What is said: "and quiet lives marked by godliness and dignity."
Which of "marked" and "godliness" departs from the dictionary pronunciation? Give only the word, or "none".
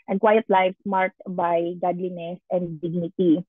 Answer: marked